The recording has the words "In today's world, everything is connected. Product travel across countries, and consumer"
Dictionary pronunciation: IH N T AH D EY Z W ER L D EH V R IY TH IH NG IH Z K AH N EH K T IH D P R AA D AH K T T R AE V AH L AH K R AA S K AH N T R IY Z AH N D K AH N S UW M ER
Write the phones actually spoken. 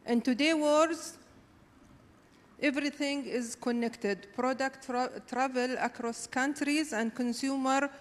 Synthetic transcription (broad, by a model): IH N T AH D EY W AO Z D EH V R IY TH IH NG IH Z K AH N EH K T IH D P R AA D AH K T T R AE V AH L AH K R AA S K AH N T R IY Z AH N D K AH N S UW M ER